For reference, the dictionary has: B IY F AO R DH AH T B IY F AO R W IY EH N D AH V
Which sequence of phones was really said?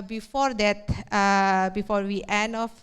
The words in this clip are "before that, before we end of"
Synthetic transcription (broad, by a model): B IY F AO R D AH T B IY F AO R W IY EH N AH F